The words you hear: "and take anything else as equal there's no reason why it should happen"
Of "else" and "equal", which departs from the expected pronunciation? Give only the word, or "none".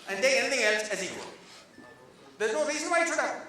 none